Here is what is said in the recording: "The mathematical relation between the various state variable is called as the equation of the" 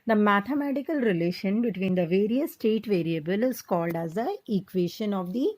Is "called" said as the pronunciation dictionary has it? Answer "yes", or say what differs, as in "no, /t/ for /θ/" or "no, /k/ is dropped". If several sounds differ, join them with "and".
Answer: yes